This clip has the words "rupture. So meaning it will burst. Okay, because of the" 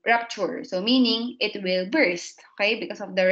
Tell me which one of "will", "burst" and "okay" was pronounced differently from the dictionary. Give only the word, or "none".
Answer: none